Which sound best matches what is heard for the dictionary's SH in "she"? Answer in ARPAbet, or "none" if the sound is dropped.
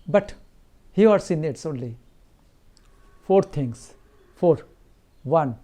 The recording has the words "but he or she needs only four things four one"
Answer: S